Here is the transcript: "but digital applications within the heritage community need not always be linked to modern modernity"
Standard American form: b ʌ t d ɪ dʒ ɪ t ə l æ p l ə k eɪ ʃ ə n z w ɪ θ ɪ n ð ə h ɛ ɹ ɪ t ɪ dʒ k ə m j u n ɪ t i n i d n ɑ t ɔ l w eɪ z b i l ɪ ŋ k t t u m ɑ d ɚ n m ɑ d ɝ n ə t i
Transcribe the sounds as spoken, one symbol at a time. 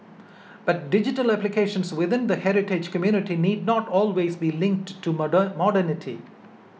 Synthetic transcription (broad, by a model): b ʌ t d ɪ dʒ ɪ t ə l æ p l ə k eɪ ʃ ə n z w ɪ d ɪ n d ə h ɛ ɹ ɪ t ɪ dʒ k ə m j u n ɪ t i n i d n ɑ t ɔ l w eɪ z b i l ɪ ŋ k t t u m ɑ d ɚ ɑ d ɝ n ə t i